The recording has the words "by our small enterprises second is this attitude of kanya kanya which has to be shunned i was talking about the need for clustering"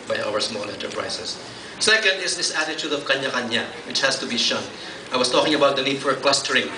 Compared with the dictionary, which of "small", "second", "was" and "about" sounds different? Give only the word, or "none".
was